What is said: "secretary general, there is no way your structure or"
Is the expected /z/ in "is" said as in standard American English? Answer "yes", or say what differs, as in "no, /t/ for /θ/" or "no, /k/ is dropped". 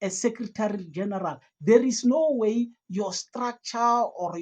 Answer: no, /s/ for /z/